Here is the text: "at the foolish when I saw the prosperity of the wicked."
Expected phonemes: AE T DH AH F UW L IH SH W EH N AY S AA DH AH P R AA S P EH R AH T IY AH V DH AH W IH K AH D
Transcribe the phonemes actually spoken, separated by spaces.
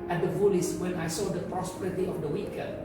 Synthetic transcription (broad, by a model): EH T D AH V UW L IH S W EH N AY S AA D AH P R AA S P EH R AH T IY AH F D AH W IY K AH